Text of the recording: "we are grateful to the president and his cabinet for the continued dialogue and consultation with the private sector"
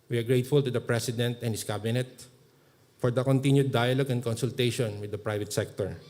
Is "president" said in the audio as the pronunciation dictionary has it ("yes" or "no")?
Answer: no